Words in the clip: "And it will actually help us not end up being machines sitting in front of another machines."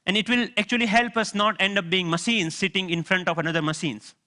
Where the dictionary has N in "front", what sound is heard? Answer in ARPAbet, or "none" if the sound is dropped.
N